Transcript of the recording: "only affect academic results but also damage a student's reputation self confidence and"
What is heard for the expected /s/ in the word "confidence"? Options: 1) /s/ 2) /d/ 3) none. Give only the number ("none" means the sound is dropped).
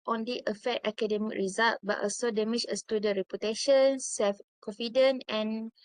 3